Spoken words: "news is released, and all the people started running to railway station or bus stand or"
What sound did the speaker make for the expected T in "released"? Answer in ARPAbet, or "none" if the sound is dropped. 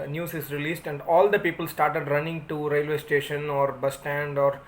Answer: T